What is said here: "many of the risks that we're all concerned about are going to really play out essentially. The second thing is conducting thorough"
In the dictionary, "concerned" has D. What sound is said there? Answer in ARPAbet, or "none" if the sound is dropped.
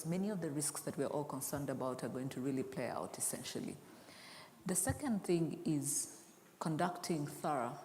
D